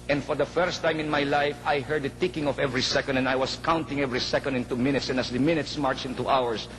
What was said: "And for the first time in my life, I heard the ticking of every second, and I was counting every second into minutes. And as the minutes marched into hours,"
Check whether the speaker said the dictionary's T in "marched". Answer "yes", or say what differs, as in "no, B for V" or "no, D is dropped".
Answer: no, T is dropped